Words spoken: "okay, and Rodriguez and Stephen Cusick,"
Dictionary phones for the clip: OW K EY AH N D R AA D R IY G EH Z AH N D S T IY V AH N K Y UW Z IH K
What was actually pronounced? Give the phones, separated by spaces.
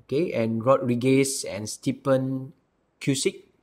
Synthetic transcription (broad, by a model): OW K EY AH N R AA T R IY G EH S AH N S T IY P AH N K Y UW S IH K